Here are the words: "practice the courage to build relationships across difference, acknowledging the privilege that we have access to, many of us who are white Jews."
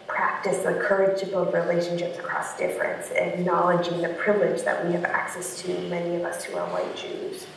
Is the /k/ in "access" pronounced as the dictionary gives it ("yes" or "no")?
yes